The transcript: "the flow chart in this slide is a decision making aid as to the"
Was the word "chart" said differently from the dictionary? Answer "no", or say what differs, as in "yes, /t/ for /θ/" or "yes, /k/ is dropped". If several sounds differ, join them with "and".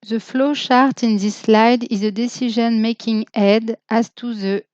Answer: yes, /ʃ/ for /tʃ/